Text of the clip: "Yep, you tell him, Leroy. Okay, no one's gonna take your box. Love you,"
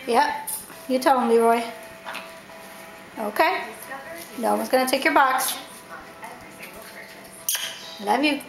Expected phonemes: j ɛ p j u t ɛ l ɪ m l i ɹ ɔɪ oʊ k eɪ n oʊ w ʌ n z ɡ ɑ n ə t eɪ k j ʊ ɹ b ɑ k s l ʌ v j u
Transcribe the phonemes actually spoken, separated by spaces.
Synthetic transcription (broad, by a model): j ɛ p j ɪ t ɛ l ɪ m l i ɹ ɔɪ oʊ k eɪ n oʊ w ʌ z ɡ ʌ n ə t eɪ k j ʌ ɹ b ɑ k s l ʌ v j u